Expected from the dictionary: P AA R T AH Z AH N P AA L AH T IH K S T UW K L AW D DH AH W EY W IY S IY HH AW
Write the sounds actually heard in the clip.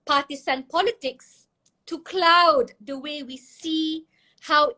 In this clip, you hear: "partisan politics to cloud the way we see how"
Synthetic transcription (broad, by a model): P AA T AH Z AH N P AA L AH T IH K S T UW K L AW D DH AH W EY W IY S IY HH AW